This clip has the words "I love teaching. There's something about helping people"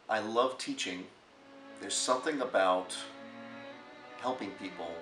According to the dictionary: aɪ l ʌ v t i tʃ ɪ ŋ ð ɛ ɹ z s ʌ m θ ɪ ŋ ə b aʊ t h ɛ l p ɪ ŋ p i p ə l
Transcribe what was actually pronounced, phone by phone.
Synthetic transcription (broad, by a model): aɪ l ʌ v t i tʃ ɪ ŋ ð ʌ ɹ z s ʌ m θ ɪ ŋ ə b aʊ t h ɛ l p ɪ ŋ p i p l